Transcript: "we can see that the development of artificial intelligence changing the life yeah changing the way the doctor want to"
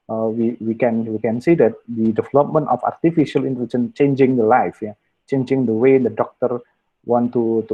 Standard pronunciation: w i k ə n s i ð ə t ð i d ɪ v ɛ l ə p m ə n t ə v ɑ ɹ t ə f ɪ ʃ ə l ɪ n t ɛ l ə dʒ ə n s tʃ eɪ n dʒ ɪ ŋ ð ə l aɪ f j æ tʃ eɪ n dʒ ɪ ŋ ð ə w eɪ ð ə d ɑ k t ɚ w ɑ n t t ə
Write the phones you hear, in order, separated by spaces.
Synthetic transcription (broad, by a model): w i k ə n s i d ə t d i d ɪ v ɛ l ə p m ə n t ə f ɑ ɹ t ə f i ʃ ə l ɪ n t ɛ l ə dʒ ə n tʃ eɪ n dʒ ɪ ŋ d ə l aɪ f j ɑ tʃ eɪ n dʒ ɪ ŋ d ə w eɪ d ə d ɑ k t ɚ w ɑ n t t